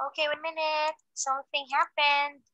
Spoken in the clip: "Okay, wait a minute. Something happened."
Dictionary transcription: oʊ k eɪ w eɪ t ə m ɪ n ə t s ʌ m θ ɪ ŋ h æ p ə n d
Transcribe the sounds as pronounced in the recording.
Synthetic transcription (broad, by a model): oʊ k eɪ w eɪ ə m ɪ n ə t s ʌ θ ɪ ŋ h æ p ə n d